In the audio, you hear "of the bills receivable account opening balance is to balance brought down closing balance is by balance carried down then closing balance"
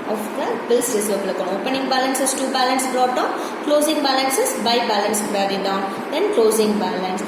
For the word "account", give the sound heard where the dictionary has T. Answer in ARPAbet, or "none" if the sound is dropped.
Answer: none